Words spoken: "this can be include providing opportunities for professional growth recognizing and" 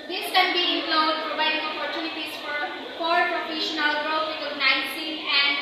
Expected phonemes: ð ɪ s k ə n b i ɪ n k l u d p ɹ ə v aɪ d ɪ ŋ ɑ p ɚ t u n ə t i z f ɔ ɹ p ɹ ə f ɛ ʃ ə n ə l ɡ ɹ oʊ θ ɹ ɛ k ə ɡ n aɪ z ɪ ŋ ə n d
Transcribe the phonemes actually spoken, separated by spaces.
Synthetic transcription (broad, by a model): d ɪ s k ə n b i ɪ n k l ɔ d p ɹ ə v aɪ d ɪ ŋ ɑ p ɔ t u n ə t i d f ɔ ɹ p ɹ ə f ɛ ʃ ə n ə l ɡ ɹ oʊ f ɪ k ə n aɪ s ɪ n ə n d